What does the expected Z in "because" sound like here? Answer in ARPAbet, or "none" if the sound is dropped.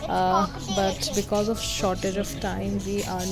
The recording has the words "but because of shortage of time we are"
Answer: Z